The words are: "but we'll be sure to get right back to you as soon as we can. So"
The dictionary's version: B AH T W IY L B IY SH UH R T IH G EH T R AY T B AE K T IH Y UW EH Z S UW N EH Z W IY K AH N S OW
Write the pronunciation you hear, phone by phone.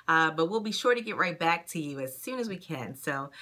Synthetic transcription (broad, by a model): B AH T W IY L B IY SH UH R T IH G EH T R AY T B AE K T IH Y UW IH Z S UW N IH Z W IY K AH N S OW